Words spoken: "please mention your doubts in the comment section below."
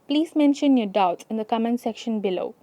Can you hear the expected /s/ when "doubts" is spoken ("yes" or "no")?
no